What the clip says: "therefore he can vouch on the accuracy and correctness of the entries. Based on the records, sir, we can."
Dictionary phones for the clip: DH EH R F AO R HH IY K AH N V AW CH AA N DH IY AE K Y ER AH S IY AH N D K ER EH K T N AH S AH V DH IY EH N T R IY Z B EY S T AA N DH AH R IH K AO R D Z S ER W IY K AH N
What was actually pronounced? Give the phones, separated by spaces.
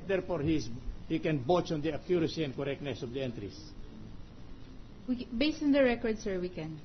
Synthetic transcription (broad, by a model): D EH R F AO R HH IY K AH N B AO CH AA N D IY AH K Y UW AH S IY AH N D K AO EH K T N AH S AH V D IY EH N T R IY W B EY S T AA N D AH R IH K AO R D S ER W IY K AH N